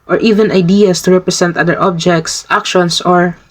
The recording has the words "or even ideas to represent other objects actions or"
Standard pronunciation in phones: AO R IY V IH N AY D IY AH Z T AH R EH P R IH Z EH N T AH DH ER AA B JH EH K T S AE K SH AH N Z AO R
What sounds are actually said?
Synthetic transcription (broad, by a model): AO R IY V IH N AY D IY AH S T AH R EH P R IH S EH N T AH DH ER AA B JH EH K T S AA K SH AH N S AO R